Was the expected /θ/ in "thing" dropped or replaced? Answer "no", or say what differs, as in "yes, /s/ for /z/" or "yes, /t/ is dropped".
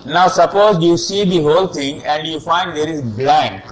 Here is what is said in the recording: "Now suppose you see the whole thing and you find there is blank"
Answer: yes, /t/ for /θ/